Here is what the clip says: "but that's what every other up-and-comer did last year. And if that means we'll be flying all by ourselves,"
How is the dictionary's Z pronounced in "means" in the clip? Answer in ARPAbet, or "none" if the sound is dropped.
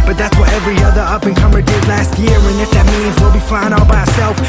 Z